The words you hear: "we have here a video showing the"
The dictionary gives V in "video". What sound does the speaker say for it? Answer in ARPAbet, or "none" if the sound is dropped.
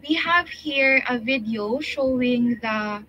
V